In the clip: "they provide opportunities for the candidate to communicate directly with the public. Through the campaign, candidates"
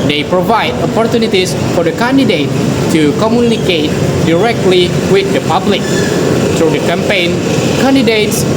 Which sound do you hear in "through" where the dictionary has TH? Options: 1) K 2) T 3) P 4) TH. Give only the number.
2